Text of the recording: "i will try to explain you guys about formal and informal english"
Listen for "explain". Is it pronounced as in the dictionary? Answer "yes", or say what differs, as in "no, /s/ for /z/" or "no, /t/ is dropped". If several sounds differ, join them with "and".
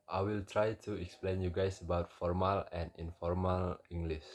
yes